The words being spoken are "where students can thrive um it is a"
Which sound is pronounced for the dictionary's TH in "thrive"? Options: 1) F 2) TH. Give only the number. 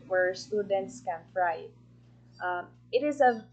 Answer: 1